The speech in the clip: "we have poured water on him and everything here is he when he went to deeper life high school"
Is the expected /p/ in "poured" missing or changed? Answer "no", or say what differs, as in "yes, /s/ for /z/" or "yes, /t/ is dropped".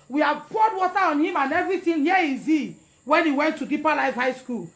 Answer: yes, /b/ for /p/